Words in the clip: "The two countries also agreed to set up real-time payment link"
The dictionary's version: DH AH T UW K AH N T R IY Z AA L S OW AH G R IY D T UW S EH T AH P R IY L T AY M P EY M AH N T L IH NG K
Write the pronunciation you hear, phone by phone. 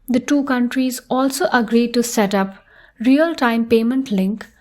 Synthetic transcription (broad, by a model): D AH T UW K AH N T R IY Z AA L S OW AH G R IY D T UW S EH T AH P R IY L T AY M P EY M AH N T L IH NG K